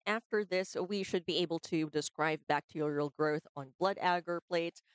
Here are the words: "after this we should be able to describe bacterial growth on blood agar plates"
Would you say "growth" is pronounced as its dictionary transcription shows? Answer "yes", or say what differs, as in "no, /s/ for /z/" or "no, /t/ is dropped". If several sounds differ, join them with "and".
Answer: yes